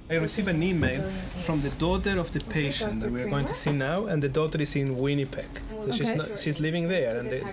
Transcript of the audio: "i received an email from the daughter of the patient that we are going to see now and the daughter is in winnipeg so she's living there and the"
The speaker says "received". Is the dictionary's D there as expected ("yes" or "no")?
no